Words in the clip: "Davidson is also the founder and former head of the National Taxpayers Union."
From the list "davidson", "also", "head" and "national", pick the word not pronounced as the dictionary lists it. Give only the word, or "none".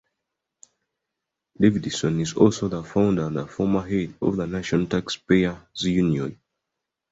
national